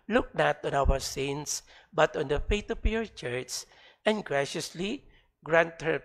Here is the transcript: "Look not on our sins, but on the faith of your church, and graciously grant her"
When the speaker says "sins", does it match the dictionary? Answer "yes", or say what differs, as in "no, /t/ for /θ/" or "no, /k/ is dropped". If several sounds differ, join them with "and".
no, /s/ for /z/